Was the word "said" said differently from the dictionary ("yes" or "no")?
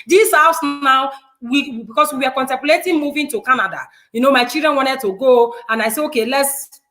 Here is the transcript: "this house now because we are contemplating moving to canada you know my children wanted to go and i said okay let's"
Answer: yes